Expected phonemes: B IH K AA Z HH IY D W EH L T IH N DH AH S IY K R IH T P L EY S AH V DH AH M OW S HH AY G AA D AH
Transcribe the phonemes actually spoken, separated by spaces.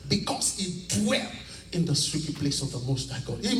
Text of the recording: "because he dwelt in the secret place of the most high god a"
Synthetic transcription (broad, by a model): B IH K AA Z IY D W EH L IH N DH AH S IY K IH P L EY S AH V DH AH M OW S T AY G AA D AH